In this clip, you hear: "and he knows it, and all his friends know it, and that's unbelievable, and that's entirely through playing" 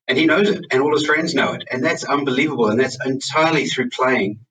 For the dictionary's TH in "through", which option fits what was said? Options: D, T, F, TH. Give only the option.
TH